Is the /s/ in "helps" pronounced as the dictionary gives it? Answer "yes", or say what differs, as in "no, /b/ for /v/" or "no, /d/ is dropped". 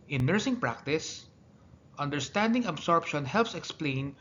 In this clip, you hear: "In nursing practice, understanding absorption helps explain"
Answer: yes